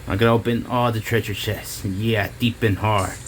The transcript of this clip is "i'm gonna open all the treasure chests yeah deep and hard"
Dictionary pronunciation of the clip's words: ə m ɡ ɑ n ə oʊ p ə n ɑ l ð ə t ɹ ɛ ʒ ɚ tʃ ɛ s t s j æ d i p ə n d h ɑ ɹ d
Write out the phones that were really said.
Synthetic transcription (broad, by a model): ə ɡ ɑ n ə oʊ b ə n ɑ l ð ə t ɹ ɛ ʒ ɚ tʃ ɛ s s j æ d i p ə n h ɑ ɹ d